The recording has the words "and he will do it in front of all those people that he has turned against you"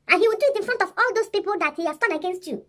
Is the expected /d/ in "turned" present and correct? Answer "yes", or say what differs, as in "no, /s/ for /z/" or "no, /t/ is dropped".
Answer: no, /d/ is dropped